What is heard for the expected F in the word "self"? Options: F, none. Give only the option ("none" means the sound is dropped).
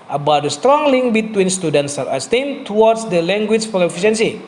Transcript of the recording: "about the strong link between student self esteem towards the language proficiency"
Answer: none